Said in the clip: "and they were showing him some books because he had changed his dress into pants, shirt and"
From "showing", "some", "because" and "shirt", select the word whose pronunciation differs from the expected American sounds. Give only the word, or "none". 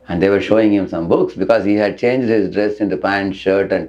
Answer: none